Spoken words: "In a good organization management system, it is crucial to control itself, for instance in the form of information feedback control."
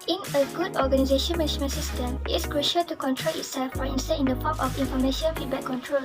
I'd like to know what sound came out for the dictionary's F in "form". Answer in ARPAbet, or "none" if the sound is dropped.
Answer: P